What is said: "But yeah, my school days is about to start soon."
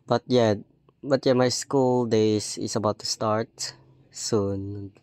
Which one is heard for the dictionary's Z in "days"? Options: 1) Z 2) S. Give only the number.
2